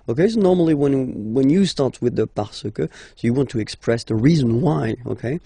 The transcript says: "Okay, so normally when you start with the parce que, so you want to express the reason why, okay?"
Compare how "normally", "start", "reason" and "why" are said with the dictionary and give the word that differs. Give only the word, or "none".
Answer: normally